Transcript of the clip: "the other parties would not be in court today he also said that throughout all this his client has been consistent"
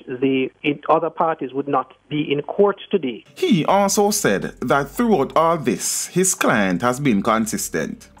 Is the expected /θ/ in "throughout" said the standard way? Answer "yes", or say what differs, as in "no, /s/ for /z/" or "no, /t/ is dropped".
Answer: yes